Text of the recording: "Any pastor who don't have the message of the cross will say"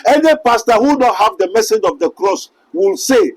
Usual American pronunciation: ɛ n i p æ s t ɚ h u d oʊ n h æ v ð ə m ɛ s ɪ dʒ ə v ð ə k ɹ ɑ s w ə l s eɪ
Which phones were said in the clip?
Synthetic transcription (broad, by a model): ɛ n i p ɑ s t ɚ h u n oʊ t h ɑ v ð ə m ɛ s ɪ dʒ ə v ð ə k ɹ ɑ s w ə l s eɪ